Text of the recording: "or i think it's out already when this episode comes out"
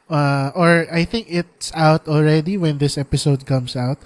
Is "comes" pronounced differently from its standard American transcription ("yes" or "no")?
yes